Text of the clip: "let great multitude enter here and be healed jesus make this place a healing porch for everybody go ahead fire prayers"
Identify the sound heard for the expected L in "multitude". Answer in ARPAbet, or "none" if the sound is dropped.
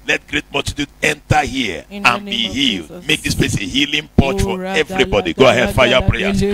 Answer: none